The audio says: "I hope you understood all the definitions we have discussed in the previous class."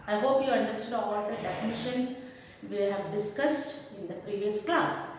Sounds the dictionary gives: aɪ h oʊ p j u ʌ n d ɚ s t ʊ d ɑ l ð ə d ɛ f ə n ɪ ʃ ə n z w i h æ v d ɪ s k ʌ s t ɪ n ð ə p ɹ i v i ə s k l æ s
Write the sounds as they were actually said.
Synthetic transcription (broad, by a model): aɪ h oʊ p j u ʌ n d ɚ s t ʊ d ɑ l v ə d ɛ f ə n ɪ ʃ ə n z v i h æ v d ɪ s k ʌ s t ɪ n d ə p ɹ i v i ə s k l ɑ s